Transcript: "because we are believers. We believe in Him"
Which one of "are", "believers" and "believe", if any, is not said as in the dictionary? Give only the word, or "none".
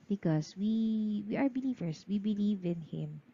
believers